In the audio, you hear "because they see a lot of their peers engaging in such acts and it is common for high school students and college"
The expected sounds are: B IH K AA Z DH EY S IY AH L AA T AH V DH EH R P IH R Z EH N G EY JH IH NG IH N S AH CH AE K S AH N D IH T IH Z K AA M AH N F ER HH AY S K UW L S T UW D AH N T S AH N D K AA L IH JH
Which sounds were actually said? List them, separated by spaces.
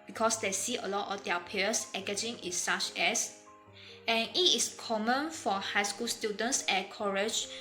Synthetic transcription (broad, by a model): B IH K AA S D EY S IY AH L AA T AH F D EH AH P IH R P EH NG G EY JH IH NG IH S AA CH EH S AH N IH T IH S K AA M AH N F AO HH AY S K UW L S T UW D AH N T S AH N K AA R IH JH